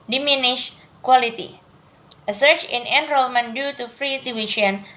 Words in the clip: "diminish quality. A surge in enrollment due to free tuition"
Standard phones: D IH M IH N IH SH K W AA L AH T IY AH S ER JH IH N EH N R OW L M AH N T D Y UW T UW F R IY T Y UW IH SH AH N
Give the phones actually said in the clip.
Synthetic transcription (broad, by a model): D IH M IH N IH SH K W AA L AH T IY AH S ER CH IH N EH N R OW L M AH N D Y UW T UW F R IY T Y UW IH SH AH N